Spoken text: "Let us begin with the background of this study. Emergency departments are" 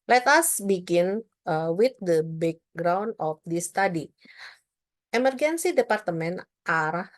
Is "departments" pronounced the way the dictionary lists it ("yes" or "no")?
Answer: no